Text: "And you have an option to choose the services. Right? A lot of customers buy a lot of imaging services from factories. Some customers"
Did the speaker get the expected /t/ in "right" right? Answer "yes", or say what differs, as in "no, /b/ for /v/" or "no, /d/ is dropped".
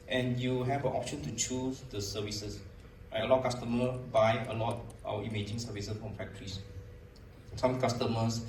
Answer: no, /t/ is dropped